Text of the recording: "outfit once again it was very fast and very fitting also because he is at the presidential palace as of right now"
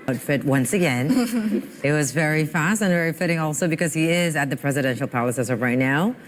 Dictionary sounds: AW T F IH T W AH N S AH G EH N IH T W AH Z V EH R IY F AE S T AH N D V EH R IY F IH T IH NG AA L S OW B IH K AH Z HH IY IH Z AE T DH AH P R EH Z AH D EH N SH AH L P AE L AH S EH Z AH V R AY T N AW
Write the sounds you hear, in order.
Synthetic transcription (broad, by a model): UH T F IH T W AH N S AH G EH N IH T W AH Z V EH R IY F AE S T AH N V EH R IY F IH T IH NG AA L S OW B IH K AH Z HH IY IH Z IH T DH AH P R EH Z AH D EH N SH L P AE L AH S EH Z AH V R AY T N AW